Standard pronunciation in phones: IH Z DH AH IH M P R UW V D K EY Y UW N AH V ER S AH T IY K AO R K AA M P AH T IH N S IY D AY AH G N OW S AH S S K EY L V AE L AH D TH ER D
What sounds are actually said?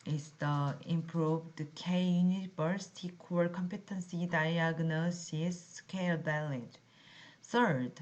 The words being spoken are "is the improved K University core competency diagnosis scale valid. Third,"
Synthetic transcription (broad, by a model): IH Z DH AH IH M P R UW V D K EY Y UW N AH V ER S T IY K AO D K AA M P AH T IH N S IY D AY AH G N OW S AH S S K EY L B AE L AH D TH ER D